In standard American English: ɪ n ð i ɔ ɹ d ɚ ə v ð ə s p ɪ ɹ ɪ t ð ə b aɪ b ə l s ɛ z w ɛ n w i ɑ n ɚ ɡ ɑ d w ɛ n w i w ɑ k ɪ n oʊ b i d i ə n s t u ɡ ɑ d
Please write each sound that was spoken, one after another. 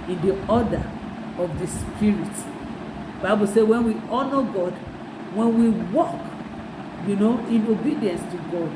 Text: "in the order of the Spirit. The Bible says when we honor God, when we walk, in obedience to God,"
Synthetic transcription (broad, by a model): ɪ n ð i ɔ d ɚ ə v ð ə s p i ɹ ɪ t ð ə b aɪ b ə l s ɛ w ɛ n w i ɑ n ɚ ɡ ɑ d w ɛ n w i w ɑ k ɪ n oʊ b i d i ə n s t u ɡ ɑ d